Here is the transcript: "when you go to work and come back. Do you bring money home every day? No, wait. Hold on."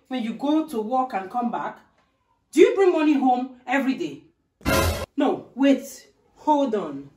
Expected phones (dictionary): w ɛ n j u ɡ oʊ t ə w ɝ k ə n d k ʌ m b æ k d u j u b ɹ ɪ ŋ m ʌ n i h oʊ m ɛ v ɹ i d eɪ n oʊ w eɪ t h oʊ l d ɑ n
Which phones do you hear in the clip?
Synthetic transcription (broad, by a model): w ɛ n j u ɡ oʊ t ə w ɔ k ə n k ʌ m b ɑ k d u j u b ɹ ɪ ŋ m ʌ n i h oʊ m ɛ v ɹ i d eɪ n oʊ w eɪ t h oʊ l d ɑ n